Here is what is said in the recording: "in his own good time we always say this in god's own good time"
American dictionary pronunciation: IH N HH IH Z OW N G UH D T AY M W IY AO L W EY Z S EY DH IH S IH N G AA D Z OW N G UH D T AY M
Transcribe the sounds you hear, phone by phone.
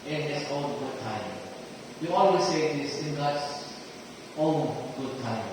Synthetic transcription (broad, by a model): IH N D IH S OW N G UH D T AY M W IY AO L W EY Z S EY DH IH S IH N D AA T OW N G UH D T AY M